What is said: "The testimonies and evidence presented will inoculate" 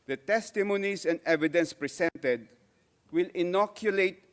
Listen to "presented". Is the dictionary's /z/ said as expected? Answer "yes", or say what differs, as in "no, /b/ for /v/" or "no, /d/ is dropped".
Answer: no, /s/ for /z/